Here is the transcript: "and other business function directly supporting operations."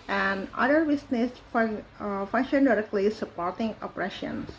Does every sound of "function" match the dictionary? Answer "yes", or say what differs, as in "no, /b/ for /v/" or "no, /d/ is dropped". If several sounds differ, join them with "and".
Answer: yes